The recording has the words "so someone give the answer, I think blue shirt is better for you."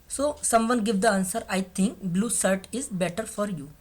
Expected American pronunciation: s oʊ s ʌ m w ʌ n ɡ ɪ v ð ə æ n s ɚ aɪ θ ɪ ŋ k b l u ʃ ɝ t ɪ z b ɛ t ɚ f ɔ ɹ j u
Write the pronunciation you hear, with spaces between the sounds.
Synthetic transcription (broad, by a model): s oʊ s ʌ m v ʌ n ɡ ɪ v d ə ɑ n s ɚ aɪ t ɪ ŋ k b l u s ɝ t ɪ z b ɛ t ɚ f ɔ ɹ j u